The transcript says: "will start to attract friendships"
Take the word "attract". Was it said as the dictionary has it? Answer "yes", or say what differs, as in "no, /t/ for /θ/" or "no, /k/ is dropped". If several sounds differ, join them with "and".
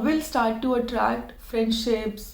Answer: yes